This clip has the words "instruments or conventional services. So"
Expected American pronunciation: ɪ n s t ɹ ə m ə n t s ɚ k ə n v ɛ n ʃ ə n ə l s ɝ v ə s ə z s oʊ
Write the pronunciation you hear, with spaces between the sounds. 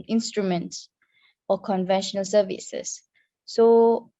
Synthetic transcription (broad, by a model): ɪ n s t ɹ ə m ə n t s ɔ k ə n v ɛ n ʃ ə n ə l s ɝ v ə s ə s oʊ